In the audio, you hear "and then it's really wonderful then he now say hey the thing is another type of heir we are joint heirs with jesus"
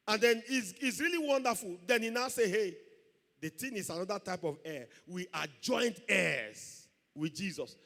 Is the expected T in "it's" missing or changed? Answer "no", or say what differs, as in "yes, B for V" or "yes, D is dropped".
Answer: yes, S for T